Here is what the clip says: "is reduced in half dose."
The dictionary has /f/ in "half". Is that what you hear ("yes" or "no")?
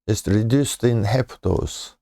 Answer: no